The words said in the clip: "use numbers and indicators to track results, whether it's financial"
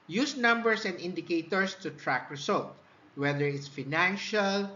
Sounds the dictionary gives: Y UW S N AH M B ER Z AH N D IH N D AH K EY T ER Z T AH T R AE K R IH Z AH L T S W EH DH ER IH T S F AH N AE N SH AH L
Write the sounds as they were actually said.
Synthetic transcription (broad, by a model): Y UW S N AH M B ER S AH N D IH N D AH K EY T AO S T AH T R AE K R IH S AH L T W EH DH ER IH T S F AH N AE N SH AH L